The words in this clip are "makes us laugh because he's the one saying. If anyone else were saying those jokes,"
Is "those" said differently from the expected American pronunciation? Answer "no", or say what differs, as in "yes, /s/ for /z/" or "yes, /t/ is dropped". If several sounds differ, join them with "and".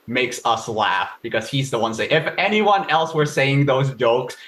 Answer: no